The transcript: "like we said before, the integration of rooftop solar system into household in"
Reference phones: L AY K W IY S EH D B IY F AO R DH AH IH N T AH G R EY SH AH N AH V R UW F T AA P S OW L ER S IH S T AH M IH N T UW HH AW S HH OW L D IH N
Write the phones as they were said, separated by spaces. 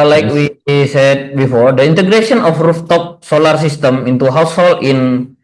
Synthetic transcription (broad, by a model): L AY K W IY S EH D B IY F AO R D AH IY N T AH G R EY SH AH N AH F R UW F T AA P S OW L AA S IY S T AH M IH N T UW HH AW S HH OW L IH N